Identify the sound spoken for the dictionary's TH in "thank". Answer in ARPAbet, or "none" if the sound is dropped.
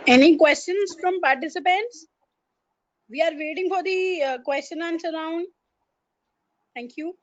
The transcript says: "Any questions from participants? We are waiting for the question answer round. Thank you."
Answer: T